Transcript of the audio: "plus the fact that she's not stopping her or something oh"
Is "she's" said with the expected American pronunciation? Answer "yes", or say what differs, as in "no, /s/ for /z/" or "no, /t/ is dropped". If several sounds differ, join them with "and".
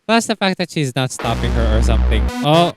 yes